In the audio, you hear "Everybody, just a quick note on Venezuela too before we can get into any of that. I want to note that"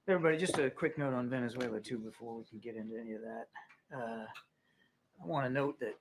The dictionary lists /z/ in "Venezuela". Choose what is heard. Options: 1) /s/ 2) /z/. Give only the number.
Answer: 2